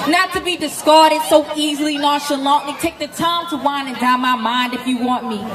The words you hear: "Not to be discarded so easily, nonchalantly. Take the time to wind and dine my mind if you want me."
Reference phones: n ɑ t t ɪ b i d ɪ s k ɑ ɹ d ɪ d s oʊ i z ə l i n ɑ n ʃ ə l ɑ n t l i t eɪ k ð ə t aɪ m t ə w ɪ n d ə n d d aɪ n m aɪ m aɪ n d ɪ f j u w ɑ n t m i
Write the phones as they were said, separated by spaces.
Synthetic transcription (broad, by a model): n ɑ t t ɪ b i d ɪ s k ɑ ɹ d ɪ d s oʊ i z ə l i n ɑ ʃ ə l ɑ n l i t eɪ k ð ə t aɪ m t ə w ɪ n ə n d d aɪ m aɪ m aɪ n d ɪ f j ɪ w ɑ n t m i